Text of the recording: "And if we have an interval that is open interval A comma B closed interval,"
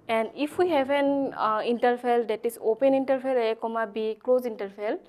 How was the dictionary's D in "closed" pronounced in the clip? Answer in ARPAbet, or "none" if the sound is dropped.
none